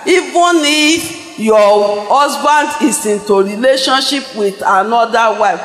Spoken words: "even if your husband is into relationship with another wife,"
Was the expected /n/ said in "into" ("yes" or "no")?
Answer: yes